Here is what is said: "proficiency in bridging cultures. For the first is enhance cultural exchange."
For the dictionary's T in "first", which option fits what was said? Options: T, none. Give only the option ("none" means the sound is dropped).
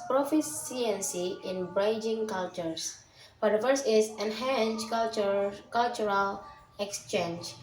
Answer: none